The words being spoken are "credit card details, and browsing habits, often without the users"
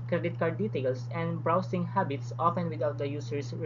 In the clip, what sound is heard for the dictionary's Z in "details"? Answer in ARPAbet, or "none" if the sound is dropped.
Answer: S